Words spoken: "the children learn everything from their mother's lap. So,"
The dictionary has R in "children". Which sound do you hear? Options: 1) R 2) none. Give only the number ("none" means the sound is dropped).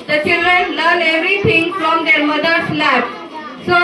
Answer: 1